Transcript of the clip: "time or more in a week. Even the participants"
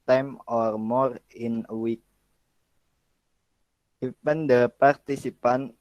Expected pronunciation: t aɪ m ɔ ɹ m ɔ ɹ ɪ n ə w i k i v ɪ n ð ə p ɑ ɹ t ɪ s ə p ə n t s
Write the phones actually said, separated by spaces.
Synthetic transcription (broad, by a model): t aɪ m ɔ ɹ m ɔ ɹ ɪ n ə w i k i p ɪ n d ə p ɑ ɹ t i s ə p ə n